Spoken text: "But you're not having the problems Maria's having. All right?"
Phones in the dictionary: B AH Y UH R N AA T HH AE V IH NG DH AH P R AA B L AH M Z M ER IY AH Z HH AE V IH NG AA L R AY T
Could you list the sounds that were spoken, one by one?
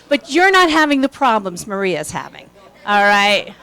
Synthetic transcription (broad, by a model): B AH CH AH R N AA T HH AE V IH NG DH AH P R AA B L AH M Z M ER IY AH Z HH AE V IH NG AA L R AY T